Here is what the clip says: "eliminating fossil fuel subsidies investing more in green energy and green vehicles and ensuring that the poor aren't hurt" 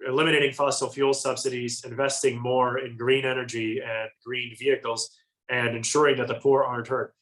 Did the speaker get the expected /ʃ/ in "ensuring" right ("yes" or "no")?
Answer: yes